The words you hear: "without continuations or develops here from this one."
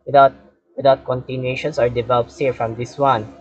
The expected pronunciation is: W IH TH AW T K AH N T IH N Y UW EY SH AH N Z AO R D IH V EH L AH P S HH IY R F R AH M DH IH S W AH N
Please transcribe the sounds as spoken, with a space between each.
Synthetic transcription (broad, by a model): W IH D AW T K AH N T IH N Y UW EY SH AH N S AO R D IH V EH L AH P S HH IY R F R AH M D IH S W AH N